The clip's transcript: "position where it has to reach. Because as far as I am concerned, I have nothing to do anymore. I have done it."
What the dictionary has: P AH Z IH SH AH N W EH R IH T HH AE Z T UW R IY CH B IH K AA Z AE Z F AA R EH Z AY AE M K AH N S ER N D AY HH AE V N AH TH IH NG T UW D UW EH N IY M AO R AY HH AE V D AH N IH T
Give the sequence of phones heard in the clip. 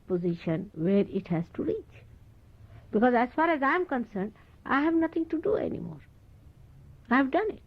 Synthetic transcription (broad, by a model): P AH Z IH SH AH N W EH R IH T HH AE Z T UW R IY CH B IH K AA Z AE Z F AA R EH Z AY M K AH N S ER N D AY HH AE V N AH T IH NG T UW D UW EH N IY M AO R AY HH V D AH N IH T